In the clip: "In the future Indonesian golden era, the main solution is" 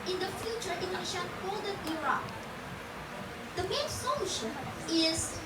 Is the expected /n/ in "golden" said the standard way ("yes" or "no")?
no